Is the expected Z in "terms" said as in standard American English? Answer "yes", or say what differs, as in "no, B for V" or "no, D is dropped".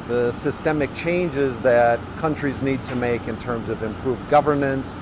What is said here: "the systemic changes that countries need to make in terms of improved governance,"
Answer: yes